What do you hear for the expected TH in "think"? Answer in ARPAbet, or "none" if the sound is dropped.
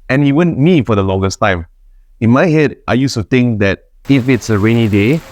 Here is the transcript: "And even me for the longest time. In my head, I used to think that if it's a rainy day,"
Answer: T